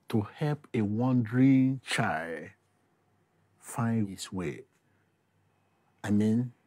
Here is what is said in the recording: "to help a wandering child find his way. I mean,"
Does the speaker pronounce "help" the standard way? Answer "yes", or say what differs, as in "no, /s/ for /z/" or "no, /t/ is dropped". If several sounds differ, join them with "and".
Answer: yes